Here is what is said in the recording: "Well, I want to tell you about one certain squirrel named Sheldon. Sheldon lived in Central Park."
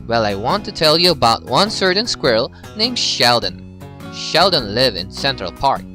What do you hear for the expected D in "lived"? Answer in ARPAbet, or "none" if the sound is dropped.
none